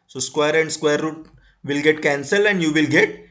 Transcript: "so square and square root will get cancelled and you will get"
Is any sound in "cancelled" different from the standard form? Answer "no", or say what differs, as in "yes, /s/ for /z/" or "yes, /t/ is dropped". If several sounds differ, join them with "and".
yes, /d/ is dropped